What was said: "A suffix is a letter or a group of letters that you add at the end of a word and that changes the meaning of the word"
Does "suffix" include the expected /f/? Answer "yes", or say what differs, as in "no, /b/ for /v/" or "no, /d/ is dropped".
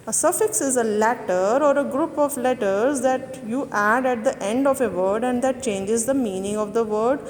yes